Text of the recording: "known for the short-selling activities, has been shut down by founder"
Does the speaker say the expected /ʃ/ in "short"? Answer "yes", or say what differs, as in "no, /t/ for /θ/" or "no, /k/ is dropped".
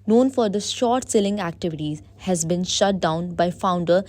yes